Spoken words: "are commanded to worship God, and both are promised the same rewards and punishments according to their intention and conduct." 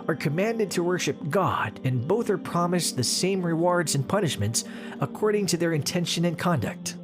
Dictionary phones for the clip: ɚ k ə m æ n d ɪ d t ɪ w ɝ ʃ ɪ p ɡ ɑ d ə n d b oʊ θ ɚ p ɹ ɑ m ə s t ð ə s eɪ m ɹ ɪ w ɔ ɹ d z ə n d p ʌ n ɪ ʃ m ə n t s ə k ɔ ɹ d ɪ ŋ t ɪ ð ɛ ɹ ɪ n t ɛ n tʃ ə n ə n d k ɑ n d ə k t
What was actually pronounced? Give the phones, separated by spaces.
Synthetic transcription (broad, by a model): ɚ k ə m æ n d ɪ d t ɪ w ɝ ʃ ɪ p ɡ ɑ d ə n b oʊ θ ɚ p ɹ ɑ m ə s ð ə s eɪ m ɹ ɪ w ɔ ɹ d z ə n p ʌ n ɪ ʃ m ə n t s ə k ɔ ɹ d ɪ ŋ t ɪ ð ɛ ɹ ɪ n t ɛ n ʃ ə n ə n k ɑ n d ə k t